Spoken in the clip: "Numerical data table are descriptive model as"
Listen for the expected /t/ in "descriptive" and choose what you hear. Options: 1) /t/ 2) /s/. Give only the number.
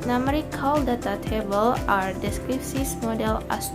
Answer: 2